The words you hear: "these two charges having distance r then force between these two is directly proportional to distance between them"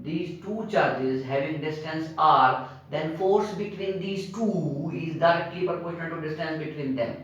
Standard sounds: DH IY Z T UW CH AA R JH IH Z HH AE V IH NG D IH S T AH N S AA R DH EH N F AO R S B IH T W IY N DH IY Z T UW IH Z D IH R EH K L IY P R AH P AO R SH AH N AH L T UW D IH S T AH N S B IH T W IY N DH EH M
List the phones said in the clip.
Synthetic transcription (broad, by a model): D IY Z T UW CH AA R JH IH Z HH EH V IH NG D IH S T AH N S AA R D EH N F AO R S B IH T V IY N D IY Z T UW IH Z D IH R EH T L IY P AH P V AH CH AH N T UW D IH S T AH N S B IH T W IY N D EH M